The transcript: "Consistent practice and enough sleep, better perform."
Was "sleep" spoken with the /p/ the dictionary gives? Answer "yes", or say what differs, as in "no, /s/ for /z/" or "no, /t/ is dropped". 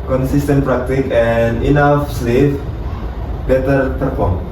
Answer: no, /f/ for /p/